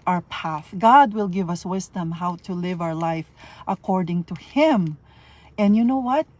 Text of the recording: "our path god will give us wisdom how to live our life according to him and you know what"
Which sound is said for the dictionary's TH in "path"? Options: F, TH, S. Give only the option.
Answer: TH